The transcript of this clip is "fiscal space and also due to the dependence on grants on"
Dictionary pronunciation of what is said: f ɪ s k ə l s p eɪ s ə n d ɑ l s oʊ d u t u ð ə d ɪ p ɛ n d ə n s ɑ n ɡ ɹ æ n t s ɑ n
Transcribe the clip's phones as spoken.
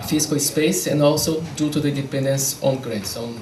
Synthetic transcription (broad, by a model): f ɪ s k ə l s p eɪ s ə n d ɑ l s oʊ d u t u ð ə d ɪ p ɛ n d ə n s ɑ n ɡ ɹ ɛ t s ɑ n